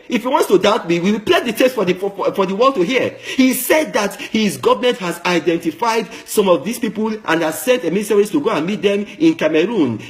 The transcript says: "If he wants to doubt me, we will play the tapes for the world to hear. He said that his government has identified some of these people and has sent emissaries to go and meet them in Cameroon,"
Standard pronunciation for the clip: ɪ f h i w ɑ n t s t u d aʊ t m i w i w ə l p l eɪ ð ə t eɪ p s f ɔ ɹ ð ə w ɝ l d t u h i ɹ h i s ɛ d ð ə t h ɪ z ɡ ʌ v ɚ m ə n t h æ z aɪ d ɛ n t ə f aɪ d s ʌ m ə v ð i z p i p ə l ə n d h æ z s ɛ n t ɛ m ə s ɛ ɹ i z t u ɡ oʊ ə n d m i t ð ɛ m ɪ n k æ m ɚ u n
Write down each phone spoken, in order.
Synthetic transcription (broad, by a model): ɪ f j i w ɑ n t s t u d aʊ t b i w i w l p l eɪ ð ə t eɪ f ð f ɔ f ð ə w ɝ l d t u h i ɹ h i s ɛ d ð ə t h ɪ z ɡ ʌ v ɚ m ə n t h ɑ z aɪ d ɛ n t ə f aɪ d s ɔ m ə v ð i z p i p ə l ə n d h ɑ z s ɛ n t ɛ m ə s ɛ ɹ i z t u ɡ oʊ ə n m i t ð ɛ m ɪ n k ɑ m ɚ u n